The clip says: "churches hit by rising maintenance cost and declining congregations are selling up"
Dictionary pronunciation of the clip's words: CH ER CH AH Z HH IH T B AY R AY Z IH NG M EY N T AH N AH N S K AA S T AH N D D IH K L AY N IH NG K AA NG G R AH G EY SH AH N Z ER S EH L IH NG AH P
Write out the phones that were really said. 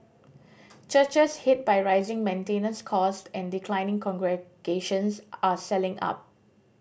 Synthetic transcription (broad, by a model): CH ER CH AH S HH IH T B AY R AY Z IH NG M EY N T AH N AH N S K AA S T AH N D D IH K L AY N IH NG K AA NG G R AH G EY SH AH N S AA S EH L IH NG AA P